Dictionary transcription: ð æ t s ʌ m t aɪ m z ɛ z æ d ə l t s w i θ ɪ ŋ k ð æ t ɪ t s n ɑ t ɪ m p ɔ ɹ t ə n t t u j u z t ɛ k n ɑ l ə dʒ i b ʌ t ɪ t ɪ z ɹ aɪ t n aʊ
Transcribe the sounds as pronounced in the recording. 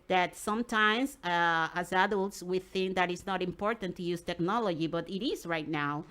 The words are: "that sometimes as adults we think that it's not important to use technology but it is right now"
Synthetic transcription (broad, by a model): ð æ t s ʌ m t aɪ m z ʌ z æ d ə l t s w i θ ɪ ŋ k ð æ t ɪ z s n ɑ t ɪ m p ɔ ɹ t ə n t t u j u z t ɛ k n ɑ l ə dʒ i b ʌ t ɪ t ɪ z ɹ aɪ t n aʊ